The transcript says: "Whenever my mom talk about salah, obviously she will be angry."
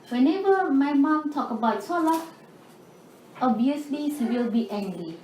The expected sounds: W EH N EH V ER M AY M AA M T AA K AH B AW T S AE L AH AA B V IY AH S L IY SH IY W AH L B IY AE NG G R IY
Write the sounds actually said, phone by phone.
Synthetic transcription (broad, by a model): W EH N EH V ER M AY M AA M T AA K AH B AW T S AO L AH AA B IY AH S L IY S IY W AH L B IY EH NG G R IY